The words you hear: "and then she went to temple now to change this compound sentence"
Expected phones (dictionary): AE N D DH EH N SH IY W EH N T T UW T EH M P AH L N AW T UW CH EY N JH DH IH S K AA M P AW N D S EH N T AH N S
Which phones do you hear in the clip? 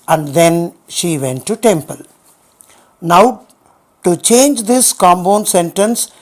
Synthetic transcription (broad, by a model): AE N D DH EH N SH IY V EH N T T UW T EH M P AH L N AW T UW CH EY N JH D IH S K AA M B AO N S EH N T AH N S